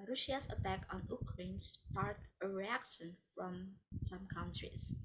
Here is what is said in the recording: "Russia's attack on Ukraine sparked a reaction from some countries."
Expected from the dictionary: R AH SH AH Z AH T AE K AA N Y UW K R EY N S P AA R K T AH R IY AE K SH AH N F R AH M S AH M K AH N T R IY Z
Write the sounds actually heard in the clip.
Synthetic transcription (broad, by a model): R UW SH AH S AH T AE K AA N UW K R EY N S P AA R T AH R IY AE K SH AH N F R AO M S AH M K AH N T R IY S